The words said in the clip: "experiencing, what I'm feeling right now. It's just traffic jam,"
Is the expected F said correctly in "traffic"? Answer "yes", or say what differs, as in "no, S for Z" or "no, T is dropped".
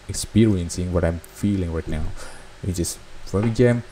no, F is dropped